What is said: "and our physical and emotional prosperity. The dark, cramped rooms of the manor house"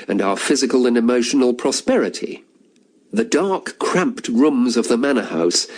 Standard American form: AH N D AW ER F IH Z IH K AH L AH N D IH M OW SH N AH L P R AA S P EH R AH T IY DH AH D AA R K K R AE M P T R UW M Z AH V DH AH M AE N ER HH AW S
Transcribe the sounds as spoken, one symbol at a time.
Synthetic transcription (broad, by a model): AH N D AW ER F IH Z IH K AH L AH N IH M OW SH N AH L P R AA S P EH R AH T IY DH AH D AA R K K R AE M P T R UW M Z AH V DH AH M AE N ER HH AW S